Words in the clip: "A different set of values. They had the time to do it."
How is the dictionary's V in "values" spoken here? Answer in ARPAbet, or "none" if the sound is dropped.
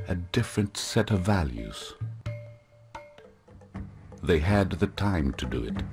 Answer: V